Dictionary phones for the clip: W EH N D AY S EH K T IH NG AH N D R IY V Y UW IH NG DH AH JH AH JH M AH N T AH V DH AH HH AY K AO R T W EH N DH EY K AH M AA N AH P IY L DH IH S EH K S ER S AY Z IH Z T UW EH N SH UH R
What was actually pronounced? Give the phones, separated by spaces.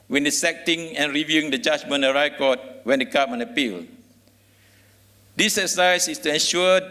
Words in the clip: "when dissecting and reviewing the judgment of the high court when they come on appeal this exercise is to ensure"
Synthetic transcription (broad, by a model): W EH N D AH S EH K T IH NG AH N R IY V Y UW IH NG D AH JH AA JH M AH N AH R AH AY K AO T W EH N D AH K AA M AA N AH P IY L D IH S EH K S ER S AY S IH S T UW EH N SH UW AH